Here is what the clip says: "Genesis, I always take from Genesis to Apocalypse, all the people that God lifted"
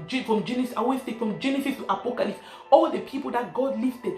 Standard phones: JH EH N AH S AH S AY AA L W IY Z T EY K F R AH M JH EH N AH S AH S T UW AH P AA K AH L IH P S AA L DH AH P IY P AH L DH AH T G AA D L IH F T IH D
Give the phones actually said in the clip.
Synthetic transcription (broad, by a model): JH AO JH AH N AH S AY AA W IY S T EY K F R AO M JH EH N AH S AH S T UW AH P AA K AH L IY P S AA L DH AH P IY P AH L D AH T G AA D L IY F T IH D